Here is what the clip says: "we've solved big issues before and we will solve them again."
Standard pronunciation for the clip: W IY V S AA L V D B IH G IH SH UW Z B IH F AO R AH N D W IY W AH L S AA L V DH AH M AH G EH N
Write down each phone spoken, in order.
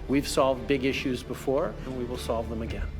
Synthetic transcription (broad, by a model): W IY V S AA L V D B IH G IH SH UW Z B IH F AO R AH N W IY W AH L S AA L V DH AH M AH G EH N